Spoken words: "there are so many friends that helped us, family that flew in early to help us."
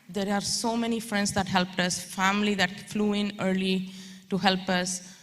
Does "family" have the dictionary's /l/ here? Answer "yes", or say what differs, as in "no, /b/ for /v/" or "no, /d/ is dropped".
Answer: yes